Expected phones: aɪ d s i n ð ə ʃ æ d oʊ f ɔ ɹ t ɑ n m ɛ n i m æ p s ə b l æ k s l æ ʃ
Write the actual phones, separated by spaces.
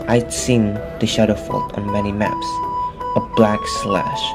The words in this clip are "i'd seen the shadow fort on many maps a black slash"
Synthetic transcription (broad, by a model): aɪ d s i n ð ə ʃ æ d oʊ f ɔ l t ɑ n m ɛ n i m æ p s ə b l æ k s l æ ʃ